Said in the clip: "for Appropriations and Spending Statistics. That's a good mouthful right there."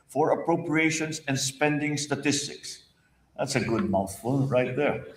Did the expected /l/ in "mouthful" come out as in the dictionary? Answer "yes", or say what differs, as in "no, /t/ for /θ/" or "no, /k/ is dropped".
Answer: no, /n/ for /l/